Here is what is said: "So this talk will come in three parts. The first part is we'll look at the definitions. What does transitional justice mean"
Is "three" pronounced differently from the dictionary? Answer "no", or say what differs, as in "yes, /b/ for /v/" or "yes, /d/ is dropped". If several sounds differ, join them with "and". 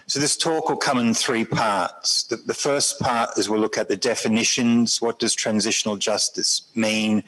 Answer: no